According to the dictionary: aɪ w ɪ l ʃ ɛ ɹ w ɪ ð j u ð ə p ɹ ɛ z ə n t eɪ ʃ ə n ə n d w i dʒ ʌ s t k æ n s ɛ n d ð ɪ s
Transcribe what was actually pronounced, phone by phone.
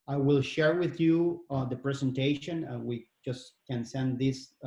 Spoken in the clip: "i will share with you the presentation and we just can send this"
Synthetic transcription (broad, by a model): aɪ w ɪ l ʃ ɛ ɹ w ɪ ð j u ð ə p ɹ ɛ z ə n t eɪ ə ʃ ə n w i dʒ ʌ s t k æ n s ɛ n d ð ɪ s